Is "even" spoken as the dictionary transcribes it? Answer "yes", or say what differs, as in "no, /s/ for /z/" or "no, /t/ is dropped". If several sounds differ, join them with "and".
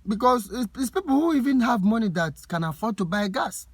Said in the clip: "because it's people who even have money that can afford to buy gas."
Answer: yes